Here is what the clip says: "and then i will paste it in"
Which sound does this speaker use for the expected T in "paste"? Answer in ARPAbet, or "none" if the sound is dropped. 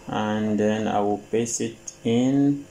none